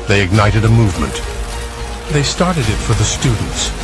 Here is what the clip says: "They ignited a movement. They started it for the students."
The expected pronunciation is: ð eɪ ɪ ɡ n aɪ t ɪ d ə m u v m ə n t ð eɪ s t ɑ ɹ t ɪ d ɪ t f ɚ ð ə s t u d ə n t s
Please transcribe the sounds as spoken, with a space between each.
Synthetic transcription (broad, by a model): ð eɪ ɪ ɡ n aɪ t ɪ d ə m u v m ə n t ð eɪ s t ɑ ɹ t ɪ d ɪ t f ɚ ð ə s t u d n t s